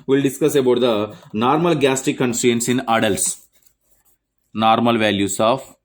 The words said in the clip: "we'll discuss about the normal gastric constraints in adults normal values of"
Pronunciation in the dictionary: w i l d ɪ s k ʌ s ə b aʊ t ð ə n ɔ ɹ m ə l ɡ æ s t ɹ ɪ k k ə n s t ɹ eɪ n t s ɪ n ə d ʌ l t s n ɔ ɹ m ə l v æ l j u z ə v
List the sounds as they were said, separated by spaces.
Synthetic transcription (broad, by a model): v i l d ɪ s k ʌ s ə b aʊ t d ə n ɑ ɹ m ə l ɡ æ s t ɪ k k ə n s t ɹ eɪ n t s ɪ n ə d ʌ l t s n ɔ ɹ m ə l v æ l j u s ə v